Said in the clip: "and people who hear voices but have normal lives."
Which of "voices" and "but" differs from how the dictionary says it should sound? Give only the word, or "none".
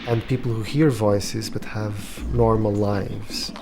none